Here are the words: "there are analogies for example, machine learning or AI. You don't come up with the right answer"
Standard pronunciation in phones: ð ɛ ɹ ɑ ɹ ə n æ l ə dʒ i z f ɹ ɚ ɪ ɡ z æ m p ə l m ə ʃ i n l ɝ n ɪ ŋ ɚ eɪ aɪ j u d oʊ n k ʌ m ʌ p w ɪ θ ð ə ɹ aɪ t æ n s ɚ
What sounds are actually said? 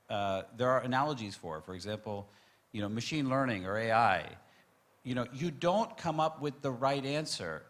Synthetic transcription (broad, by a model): ð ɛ ɹ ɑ ɹ ə n æ l ə dʒ i z f ɹ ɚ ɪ ɡ z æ m p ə n m ə ʃ i n l ɝ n ɪ ŋ ɚ eɪ aɪ j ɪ d oʊ n k ʌ m ʌ p w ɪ ð ə ɹ aɪ t æ n s ɚ